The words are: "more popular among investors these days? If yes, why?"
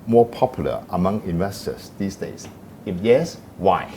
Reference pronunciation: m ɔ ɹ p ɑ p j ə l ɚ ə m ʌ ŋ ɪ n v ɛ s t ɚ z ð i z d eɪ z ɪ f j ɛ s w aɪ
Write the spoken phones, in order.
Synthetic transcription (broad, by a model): m ɔ p ɑ p j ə l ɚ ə m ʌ ŋ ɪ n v ɛ s t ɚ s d i s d eɪ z ɪ f j ɛ s w aɪ